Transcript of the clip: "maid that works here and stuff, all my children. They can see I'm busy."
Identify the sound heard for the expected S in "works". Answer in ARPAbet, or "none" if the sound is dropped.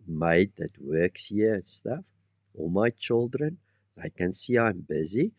S